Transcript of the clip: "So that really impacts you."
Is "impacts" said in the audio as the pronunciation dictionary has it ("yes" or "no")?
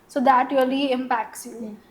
yes